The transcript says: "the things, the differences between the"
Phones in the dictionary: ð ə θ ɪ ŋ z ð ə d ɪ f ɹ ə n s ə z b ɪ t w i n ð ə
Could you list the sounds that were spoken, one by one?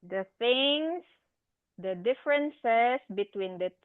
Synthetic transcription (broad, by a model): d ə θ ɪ ŋ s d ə d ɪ f ɹ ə n s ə s b ɪ t w i n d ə